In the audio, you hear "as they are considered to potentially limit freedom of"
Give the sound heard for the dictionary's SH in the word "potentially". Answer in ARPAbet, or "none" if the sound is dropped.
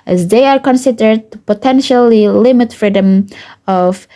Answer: SH